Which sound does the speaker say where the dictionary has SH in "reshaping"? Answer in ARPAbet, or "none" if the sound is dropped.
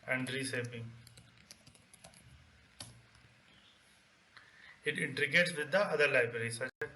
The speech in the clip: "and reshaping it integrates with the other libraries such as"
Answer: S